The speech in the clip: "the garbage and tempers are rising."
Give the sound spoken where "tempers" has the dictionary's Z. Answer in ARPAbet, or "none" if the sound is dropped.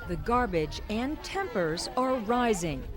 Z